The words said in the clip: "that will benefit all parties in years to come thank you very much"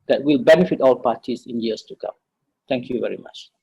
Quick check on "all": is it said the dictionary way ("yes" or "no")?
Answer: yes